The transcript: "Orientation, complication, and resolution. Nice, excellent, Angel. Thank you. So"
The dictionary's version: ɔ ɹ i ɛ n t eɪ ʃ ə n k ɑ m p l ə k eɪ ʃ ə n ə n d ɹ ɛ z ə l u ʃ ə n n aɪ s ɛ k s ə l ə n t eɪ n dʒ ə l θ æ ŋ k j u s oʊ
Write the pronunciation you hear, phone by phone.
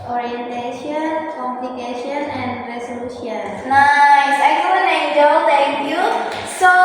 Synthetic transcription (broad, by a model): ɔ ɹ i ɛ n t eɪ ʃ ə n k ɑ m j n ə k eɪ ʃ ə n ə n d ɹ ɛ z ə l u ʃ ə n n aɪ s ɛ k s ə ə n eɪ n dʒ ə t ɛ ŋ k j u s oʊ